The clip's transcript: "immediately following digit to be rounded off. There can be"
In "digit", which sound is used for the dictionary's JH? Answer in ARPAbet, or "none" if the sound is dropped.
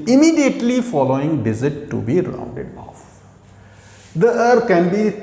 Z